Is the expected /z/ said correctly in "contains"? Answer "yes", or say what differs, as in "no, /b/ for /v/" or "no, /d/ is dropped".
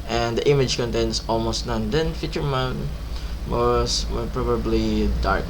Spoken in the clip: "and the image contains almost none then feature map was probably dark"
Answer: no, /s/ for /z/